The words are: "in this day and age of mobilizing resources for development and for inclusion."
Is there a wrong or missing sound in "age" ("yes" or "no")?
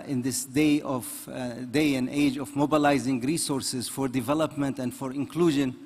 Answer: no